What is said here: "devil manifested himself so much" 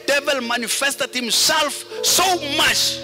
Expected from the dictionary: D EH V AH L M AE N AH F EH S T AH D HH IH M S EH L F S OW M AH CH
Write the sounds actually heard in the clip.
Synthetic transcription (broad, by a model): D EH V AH L M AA N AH F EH S T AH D HH IH M S EH L F S OW M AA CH